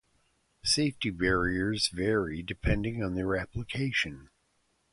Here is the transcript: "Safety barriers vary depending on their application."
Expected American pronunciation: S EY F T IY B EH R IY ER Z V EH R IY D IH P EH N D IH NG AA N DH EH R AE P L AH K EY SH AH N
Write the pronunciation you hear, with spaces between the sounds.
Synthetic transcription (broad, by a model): S EY F T IY B EH R IY ER Z V EH R IY D IH P EH N D IH NG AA N DH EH R AE P L AH K EY SH AH N